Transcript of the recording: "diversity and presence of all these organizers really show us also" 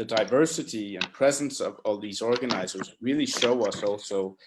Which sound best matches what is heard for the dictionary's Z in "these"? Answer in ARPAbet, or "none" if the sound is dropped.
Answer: Z